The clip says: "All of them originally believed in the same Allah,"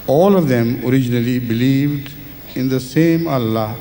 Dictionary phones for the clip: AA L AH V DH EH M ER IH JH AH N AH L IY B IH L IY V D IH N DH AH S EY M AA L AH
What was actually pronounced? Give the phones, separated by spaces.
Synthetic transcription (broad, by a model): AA L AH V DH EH M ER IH JH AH N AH L IY B IH L IY V D IH N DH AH S EY M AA L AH